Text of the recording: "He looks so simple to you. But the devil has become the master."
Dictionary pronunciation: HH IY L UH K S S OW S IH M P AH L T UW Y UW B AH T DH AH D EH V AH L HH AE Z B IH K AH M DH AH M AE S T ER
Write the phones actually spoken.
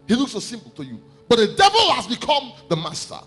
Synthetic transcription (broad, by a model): HH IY L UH K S S OW S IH M P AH L T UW Y UW B AH T DH AH D EH V AH L HH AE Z B IH K AH M DH AH M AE S T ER